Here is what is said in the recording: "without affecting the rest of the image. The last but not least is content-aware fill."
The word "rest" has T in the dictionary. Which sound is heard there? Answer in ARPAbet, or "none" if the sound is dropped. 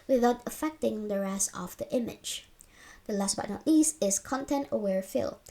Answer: none